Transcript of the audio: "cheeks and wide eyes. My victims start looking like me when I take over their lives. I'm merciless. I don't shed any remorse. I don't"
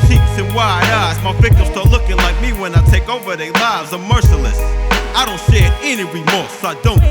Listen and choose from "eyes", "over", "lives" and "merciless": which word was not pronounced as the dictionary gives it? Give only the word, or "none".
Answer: eyes